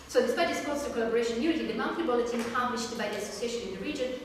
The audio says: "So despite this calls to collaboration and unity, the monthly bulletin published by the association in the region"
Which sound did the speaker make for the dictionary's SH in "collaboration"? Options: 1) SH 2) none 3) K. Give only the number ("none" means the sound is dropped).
2